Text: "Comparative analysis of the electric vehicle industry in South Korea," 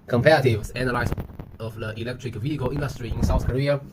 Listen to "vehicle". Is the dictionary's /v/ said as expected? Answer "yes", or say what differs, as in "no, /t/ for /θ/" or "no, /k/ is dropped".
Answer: yes